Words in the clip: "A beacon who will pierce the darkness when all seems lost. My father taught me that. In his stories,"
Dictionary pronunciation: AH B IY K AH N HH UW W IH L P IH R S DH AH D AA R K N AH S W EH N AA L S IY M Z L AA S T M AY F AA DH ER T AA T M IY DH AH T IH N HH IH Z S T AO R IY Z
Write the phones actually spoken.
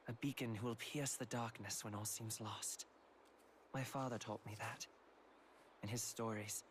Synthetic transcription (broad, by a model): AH B IY K AH N HH UW W IH L P IH R S DH AH D AA R K N AH S W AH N AA L S IY M Z L AA S T M AY F AA DH ER T AA T M IY DH AH T IH N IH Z S T AO R IY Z